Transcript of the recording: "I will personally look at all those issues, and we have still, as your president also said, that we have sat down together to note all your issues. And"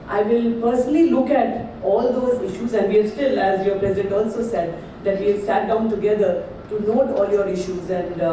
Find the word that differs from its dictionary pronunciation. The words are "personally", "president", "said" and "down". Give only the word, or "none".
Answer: none